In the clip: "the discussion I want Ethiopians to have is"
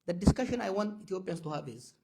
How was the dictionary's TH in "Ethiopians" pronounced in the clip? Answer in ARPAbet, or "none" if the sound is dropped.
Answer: T